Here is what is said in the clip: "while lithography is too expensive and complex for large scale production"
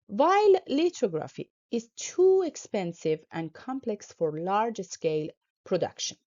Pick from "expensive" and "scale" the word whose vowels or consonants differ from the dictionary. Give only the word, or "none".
none